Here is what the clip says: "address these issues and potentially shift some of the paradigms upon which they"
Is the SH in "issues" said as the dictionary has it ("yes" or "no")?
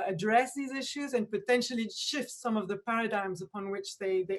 yes